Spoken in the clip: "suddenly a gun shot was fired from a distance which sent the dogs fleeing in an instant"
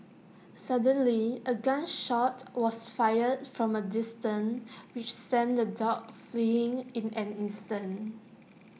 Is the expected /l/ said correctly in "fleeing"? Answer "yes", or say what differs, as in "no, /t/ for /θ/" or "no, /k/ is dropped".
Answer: yes